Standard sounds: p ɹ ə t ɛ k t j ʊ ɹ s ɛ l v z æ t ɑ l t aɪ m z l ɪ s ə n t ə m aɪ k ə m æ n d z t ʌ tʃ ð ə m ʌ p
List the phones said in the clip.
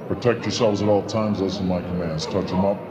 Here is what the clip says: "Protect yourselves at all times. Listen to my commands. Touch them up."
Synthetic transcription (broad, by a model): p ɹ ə t ɛ k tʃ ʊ ɹ s ɛ l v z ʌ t ɑ l t aɪ m z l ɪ ə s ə m aɪ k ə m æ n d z t ʌ tʃ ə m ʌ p